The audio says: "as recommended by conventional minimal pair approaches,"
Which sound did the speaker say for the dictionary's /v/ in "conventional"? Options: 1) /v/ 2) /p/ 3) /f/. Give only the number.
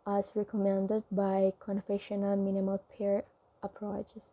3